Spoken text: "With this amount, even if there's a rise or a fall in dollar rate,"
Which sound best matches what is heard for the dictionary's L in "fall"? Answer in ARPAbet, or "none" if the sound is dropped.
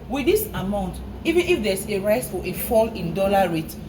L